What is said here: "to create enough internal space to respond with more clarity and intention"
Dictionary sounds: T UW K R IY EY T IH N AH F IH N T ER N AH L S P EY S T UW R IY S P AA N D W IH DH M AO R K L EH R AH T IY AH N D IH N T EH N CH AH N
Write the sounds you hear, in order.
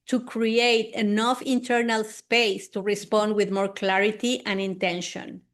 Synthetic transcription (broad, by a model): T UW K R IY EY T IH N AH F IH N T ER N AH L S P EY S T UW R IY S P AA N D W IH DH M AO R K L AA R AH T IY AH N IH N T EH N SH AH N